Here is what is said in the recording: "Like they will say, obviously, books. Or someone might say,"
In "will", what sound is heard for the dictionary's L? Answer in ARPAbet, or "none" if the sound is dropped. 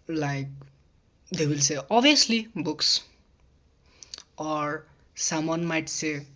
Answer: L